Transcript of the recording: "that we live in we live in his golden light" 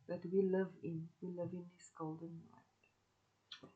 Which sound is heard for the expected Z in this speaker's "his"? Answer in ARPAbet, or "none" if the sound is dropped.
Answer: S